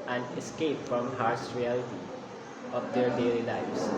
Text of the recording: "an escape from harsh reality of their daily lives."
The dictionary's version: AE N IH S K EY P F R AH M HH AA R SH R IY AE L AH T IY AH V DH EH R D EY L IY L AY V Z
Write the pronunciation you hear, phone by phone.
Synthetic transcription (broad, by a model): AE N IH S K EY P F R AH M HH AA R S R IY AE L AH T IY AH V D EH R D EY L IY L AY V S